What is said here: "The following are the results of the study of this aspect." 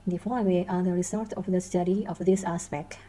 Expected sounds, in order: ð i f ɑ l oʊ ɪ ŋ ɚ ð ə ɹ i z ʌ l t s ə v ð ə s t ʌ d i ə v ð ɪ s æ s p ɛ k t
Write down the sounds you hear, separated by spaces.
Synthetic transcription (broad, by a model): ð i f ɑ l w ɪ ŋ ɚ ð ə ɹ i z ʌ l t ə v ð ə s t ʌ d i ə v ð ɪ s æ s p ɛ k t